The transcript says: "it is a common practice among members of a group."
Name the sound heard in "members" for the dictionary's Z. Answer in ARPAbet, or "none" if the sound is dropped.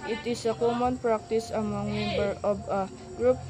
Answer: none